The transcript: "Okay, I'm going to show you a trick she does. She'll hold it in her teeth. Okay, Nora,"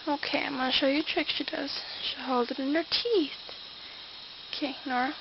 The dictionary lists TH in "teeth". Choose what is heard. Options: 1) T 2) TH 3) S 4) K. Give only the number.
2